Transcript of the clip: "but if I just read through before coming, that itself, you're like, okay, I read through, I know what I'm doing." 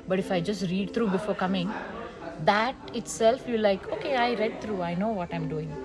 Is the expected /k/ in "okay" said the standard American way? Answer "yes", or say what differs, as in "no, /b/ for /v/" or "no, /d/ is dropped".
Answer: yes